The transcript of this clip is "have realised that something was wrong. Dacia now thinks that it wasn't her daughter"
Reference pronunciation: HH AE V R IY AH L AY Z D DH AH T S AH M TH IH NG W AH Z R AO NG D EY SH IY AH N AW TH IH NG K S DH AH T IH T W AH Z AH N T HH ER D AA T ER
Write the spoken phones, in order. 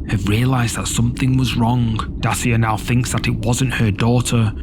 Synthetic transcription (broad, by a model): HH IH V R IY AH L AY Z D DH AH T S AH M TH IH NG W AH Z R AO NG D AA S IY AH N AW TH IH NG K S DH AH T IH T W AH Z AH N T HH ER D AA T ER